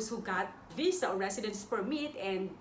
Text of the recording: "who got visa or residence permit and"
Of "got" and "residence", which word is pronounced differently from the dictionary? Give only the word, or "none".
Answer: residence